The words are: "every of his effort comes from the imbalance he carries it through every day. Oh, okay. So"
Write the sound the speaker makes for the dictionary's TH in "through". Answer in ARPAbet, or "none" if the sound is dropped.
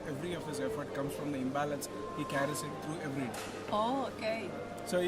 T